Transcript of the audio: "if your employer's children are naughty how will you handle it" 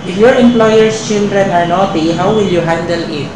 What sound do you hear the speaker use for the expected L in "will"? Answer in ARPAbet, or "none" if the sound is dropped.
L